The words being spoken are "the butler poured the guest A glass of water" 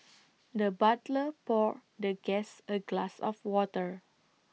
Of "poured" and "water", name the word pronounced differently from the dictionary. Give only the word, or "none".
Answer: none